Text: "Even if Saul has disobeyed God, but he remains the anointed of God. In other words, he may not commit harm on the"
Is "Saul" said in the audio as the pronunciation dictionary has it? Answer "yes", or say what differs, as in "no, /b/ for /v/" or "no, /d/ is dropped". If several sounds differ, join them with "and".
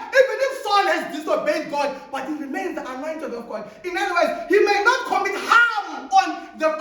no, /n/ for /l/